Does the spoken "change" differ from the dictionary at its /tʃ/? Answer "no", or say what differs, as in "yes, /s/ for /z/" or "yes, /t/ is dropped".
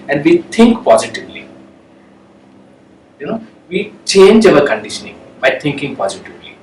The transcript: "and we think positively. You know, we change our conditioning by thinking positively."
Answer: no